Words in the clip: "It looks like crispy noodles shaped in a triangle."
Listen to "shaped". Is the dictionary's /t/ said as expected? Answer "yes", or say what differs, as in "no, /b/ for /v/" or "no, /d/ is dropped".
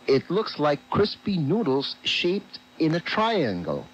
yes